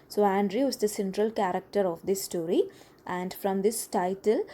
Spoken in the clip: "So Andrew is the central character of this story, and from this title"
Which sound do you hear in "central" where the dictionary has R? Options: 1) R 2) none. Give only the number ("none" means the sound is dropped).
1